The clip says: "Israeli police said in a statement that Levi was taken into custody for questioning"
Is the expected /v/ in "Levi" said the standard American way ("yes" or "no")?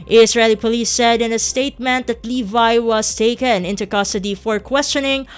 yes